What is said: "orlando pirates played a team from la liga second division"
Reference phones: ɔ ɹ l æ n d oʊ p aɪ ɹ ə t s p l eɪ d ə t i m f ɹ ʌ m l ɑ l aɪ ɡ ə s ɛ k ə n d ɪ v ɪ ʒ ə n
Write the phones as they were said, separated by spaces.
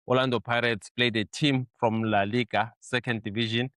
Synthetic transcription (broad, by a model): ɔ l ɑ n d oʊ p aɪ ɹ ə t s p l eɪ d ə t i m f ɹ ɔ m l ɑ l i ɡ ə s ɛ k ə n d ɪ v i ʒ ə n